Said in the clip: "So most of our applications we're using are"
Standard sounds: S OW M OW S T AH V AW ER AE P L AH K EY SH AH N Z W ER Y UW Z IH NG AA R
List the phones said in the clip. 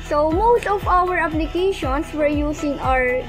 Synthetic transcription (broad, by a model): S OW M OW S T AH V AW ER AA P L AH K EY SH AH N S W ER Y UW S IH NG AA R